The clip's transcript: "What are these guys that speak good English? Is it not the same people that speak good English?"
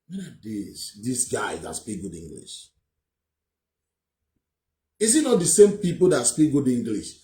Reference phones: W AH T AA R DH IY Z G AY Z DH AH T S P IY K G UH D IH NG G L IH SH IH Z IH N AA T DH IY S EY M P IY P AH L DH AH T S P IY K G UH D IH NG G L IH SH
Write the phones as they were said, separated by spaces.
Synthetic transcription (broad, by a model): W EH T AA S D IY S G AY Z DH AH T S P IY K G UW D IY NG G L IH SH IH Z IH N AA T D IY S EY M P IY P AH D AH T S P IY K G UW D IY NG G L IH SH